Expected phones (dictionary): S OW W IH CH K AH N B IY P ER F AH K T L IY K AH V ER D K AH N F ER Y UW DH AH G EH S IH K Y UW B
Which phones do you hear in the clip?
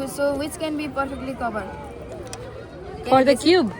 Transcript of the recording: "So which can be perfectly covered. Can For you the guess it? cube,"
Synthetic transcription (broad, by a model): S OW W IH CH K AH N B IY P ER F AH K T L IY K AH B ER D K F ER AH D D IH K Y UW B